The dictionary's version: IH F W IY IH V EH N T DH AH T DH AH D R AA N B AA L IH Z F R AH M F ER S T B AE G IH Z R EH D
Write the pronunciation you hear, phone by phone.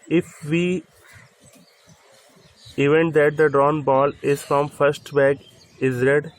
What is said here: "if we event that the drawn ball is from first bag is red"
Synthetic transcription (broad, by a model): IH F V IY IH V EH N T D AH T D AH D R AA N B AA L IH Z F R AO M F ER S T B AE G IH Z R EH D